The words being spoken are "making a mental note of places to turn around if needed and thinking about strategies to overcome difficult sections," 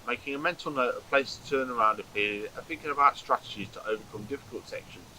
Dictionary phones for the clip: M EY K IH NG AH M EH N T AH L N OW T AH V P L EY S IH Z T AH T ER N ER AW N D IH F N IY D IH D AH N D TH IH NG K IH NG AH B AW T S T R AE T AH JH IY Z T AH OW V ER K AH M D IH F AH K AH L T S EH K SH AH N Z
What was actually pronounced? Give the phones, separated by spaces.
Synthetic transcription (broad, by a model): M EY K IH NG AH M EH N T AH L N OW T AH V P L EY IH S T AH T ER N ER AW N D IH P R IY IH D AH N TH IH NG K IH NG AH B AW T S T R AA T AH JH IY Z T AH OW V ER K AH M D IH F AH K AH L T S EH K SH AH N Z